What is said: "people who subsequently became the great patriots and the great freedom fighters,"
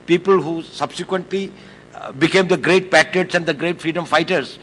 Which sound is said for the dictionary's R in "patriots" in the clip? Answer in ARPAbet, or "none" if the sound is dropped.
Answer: none